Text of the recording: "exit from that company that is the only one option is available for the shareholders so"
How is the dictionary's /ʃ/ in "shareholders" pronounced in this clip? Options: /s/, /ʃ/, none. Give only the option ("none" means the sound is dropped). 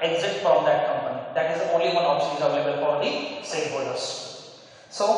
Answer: /s/